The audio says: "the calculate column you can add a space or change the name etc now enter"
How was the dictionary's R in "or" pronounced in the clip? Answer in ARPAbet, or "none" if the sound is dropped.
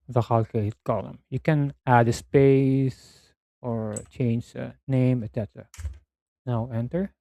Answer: R